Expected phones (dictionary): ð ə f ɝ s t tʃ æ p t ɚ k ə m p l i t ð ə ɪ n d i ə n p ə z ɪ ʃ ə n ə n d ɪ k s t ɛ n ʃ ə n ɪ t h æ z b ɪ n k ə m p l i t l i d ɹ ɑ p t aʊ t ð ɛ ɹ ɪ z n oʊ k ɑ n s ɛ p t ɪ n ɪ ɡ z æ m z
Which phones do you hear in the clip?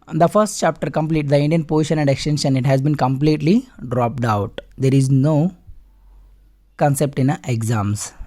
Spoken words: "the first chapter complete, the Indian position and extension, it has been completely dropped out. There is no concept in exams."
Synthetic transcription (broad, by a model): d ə f ɝ s t tʃ æ p t ɚ k ə m p l i t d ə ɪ n d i ə n p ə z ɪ ʃ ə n ə n d ɪ k s t ɛ n ʃ ə n ɪ t h æ z b ɪ n k ə m p l i t l i d ɹ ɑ p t aʊ t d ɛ ɹ ɪ z n oʊ k ɑ n s ɛ p t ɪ n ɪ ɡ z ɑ m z